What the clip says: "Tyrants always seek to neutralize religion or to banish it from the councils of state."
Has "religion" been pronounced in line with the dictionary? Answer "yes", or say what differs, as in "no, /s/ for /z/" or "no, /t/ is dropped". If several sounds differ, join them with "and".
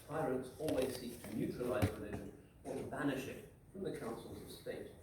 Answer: no, /ʒ/ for /dʒ/